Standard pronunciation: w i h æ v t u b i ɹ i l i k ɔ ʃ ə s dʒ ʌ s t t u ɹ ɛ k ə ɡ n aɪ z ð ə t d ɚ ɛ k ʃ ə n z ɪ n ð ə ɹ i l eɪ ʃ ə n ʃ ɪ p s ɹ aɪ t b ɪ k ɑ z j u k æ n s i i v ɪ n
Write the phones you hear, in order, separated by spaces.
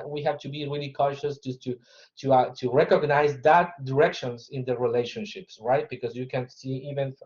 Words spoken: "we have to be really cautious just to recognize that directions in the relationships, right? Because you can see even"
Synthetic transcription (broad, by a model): w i h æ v t u b i ɹ i l i k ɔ ʃ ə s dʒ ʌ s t t u ɹ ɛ k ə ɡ n aɪ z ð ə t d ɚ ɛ k ʃ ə n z ɪ n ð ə ɹ i l eɪ ʃ ə n ʃ ɪ p s ɹ aɪ t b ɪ k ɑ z j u k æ n s i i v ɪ n